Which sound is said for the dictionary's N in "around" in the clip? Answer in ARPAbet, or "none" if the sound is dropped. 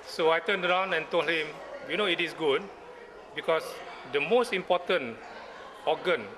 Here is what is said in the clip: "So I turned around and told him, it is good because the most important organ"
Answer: N